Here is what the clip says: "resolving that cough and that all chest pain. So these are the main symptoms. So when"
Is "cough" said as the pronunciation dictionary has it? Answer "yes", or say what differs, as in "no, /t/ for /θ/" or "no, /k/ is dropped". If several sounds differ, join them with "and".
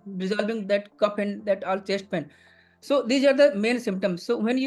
no, /p/ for /f/